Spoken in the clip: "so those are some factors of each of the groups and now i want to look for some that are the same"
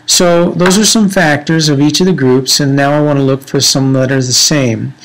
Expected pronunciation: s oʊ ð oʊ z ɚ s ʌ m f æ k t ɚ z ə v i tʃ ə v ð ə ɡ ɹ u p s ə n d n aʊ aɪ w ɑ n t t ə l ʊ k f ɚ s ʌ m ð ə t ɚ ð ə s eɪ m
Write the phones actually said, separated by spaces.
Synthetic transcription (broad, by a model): s oʊ ð oʊ z ɚ s ʌ m f æ k t ɚ z ə v i tʃ ə v ð ə ɡ ɹ u p s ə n n aʊ aɪ w ɑ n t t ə l ʊ k f ɚ s ʌ m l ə t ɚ ð ə s eɪ m